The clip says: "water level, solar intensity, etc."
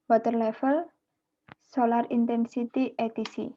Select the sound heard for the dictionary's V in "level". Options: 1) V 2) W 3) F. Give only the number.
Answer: 3